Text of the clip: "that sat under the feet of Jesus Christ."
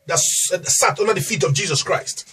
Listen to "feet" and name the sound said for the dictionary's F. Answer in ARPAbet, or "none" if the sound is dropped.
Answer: F